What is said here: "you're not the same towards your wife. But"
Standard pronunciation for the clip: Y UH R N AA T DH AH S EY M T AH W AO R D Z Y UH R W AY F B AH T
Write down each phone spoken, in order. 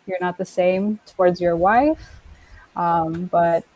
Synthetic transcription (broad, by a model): Y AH R N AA T DH AH S EY M T AH W AO R D Z Y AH R W AY F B AH T